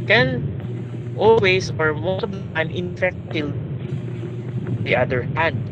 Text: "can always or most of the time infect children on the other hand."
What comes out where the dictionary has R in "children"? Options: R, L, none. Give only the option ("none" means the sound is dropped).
none